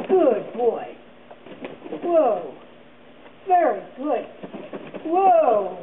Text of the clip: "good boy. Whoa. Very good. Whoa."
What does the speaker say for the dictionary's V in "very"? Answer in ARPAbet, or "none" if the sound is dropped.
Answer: V